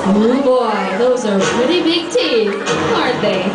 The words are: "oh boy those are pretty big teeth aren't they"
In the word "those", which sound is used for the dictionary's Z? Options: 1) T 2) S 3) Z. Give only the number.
3